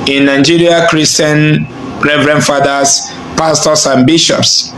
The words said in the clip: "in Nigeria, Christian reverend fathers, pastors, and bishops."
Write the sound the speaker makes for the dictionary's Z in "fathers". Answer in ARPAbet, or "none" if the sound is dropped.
S